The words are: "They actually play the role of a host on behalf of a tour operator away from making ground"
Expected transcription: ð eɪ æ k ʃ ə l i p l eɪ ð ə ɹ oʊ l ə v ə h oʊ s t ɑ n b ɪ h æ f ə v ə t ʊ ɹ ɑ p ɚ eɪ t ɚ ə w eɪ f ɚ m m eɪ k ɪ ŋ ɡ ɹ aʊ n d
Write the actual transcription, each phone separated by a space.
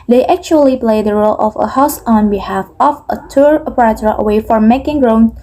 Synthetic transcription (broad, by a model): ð eɪ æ k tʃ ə l i p l eɪ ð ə ɹ oʊ l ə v ə h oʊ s ɑ n b ɪ h æ f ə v ə t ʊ ɹ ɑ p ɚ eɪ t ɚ ə w eɪ f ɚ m m eɪ k ɪ ŋ ɡ ɹ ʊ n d